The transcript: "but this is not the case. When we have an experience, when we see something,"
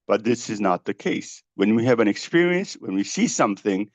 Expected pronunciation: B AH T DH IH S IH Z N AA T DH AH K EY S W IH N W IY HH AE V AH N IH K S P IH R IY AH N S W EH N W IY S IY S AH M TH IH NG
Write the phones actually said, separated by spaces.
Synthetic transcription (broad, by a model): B AH T DH IH S IH Z N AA T DH AH K EY S W IH N W IY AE V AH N IH K S P IH R IY AH N S W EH N W IY S IY S AH M TH IH NG